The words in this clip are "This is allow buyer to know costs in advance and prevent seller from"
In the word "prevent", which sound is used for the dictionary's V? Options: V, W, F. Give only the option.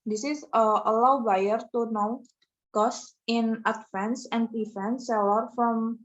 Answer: F